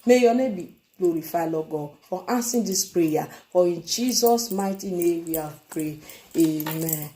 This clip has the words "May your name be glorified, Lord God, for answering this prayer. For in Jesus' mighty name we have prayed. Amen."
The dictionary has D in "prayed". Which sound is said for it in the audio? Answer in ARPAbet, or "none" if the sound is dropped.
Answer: none